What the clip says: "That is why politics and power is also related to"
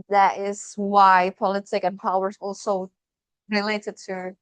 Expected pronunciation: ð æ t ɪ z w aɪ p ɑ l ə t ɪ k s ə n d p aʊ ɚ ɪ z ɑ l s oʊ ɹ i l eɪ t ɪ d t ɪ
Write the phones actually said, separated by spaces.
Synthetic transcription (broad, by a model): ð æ t ɪ z w aɪ p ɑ l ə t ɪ k ə n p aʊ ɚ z ɑ l s oʊ ɹ i l eɪ t ɪ d t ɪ